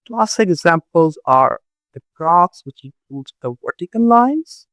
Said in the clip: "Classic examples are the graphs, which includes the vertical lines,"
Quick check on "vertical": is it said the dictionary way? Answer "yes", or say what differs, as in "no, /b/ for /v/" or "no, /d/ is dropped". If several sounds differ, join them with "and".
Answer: no, /n/ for /l/